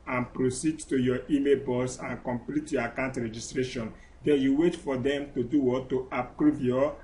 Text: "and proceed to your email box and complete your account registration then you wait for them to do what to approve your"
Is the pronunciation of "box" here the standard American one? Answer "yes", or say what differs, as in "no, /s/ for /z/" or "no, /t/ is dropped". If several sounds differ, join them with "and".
no, /k/ is dropped